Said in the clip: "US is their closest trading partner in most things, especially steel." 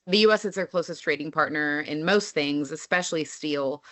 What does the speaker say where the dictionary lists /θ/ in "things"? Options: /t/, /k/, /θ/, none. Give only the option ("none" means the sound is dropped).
/θ/